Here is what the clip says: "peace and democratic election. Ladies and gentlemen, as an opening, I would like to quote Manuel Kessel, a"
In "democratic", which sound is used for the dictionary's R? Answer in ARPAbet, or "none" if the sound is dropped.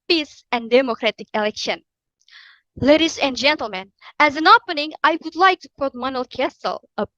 R